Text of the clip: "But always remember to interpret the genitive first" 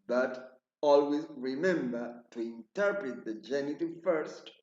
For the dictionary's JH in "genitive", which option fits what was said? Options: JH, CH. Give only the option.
JH